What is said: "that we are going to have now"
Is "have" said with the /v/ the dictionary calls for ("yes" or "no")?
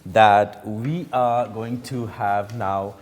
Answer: yes